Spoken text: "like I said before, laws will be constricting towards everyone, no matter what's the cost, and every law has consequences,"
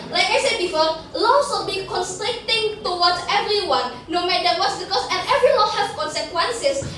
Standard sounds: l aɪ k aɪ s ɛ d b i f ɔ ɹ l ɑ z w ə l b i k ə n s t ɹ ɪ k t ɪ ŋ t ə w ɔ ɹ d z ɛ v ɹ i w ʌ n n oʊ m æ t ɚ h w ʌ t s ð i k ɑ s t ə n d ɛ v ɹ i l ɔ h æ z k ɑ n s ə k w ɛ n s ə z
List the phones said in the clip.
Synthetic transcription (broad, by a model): l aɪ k aɪ s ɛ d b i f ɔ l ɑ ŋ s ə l b i k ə n s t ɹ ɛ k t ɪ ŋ t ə w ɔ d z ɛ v ɹ i w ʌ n n oʊ m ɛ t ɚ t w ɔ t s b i k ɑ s ə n ɛ v ɹ i w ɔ h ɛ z k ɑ n s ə k w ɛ n s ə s